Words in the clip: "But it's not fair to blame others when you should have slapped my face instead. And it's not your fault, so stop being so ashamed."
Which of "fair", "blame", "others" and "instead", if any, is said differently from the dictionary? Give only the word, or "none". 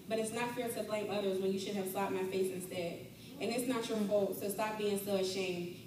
none